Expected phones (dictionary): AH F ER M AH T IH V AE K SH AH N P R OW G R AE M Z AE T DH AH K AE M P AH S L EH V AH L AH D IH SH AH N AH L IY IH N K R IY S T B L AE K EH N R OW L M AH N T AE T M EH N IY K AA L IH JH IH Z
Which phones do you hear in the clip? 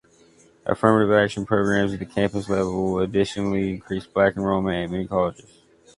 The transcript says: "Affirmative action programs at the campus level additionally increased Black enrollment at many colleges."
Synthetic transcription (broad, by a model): AH F ER M AH T IH V AE K SH AH N P R OW G R AE M Z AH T DH AH K AE M P AH S L EH V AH L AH D IH SH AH N L IY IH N K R IY S B L AE K N R OW M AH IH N M EH N IY K AA L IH JH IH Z